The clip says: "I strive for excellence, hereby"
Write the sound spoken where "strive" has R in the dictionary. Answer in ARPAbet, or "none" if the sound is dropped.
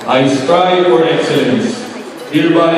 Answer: none